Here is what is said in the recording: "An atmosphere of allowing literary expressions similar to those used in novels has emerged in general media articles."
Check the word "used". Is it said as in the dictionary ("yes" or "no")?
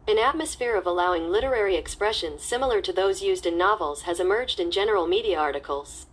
yes